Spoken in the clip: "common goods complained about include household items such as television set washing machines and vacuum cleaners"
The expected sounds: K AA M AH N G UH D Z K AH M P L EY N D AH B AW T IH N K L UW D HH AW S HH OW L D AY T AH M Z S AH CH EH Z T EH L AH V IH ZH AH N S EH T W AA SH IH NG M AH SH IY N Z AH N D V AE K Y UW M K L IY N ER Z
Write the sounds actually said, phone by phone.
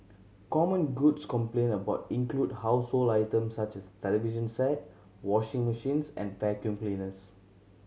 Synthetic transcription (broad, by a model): K AA M AH N G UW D S K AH M P L EY N AH B AW T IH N K L UW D HH AW S HH OW L AY T AH M S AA CH EH S T EH L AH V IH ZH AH N S EH T W AA SH IH NG M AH SH IY N S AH N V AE K Y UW M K L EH N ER S